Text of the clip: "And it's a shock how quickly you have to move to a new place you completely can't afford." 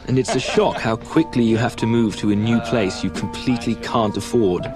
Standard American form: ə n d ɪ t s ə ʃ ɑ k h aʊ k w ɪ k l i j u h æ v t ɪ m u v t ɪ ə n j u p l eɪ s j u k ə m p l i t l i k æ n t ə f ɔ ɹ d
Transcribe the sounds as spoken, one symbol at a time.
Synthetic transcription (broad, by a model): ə n ɪ t s ə ʃ ɑ k h aʊ k w ɪ k l i j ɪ h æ f t ɪ m u v t ɪ ə n j u p l eɪ s j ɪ k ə m p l i t l i k æ n t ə f ɔ ɹ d